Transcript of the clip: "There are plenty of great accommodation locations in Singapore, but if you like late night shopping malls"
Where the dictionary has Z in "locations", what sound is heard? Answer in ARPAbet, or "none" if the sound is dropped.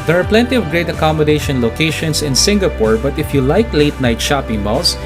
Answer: S